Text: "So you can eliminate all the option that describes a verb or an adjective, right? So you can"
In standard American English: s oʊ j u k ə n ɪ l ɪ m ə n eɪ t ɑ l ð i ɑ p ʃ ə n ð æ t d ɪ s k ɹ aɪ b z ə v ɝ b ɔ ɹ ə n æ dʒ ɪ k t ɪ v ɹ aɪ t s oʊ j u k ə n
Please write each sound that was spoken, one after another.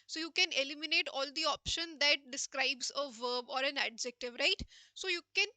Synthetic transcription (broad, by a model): s oʊ j u k ə n ɪ l ɪ m ə n eɪ t ɑ l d i ɑ p ʃ ə n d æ t d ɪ s k ɹ aɪ b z ə v ɝ b ɔ ɹ ə n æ dʒ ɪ k t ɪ v ɹ aɪ t s oʊ j u k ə n